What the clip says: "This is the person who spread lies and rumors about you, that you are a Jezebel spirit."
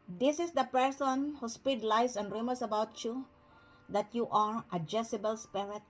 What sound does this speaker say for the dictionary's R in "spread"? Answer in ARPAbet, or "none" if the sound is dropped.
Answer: none